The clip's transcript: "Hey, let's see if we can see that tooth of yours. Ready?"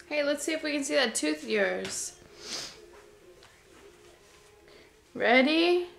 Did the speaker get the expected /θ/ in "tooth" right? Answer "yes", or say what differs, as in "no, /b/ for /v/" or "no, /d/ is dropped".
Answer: yes